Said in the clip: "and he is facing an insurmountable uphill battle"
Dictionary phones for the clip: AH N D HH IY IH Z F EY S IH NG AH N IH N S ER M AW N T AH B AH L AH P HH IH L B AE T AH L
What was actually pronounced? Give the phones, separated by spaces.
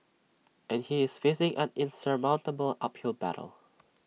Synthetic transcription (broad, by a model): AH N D HH IY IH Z F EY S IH NG AH N IH N S ER M AW N T AH B AH L AH P HH IH L B AE T AH L